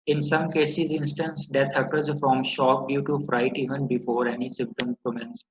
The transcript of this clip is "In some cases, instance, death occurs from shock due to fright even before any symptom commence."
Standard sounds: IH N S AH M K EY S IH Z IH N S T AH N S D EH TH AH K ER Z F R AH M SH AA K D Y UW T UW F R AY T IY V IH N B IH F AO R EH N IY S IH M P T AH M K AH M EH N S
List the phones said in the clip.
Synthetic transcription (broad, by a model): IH N S AH M K EY S IH Z IH N S T AH N S D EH T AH K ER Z F R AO M SH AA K D Y UW T UW F R AY T IY V IH N B IH F AO R EH N IY S IH M P T AH M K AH M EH N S